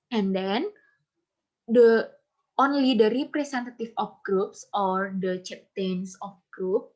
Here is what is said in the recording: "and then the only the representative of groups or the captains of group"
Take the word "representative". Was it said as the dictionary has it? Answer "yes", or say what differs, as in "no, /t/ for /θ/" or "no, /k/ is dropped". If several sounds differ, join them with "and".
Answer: no, /s/ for /z/ and /f/ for /v/